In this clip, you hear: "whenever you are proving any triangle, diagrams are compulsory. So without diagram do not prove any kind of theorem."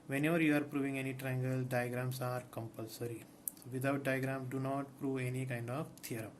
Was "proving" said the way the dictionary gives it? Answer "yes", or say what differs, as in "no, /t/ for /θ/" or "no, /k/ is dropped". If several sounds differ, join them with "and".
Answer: yes